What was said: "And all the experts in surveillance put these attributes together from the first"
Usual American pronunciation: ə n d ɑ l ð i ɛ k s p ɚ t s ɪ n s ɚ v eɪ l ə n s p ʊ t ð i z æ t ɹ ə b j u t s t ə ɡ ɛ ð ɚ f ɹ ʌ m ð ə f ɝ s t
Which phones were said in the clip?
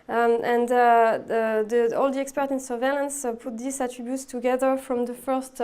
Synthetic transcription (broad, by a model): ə n d ɑ l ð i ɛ k s p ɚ t ɪ n s ɚ v eɪ l ə n s p ʊ t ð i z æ t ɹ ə b j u t s t ə ɡ ɛ ð ɚ f ɹ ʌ m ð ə f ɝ s t